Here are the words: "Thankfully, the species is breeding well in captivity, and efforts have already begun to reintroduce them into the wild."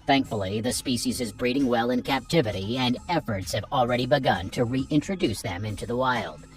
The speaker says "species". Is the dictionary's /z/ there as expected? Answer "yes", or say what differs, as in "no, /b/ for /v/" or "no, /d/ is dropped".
yes